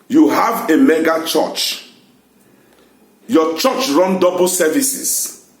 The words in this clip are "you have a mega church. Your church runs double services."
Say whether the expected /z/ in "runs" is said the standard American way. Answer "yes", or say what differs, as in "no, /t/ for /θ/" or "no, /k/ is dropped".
no, /z/ is dropped